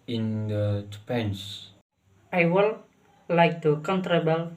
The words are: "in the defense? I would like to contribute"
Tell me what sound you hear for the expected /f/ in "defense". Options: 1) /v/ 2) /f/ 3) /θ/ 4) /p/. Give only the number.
4